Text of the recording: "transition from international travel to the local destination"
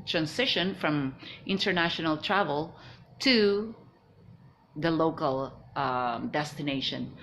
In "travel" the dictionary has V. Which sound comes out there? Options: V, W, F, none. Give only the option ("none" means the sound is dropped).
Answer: V